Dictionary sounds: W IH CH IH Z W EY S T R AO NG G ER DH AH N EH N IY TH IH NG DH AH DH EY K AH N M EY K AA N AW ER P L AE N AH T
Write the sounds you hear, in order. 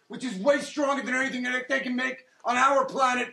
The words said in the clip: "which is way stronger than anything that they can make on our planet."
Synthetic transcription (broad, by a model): W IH CH IH Z W EY S T R AO NG G ER DH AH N EH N IY TH IH NG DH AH DH EY K AH N M EY K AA N AW ER P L AE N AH T